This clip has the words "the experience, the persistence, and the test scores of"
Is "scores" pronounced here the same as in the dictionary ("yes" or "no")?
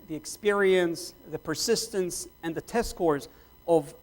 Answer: yes